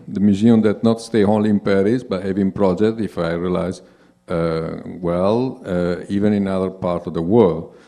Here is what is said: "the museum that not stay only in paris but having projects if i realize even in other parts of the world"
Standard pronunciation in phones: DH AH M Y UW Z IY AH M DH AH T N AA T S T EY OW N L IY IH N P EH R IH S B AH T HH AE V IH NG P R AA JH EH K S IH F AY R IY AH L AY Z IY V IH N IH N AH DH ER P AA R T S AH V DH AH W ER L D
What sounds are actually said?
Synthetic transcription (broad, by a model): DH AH M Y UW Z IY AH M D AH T N AA T S T EY OW N L IY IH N P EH R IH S B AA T HH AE V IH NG P R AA JH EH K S IH F AY R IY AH L AY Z IY V IH N IH N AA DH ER P AA R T AH V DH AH W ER L D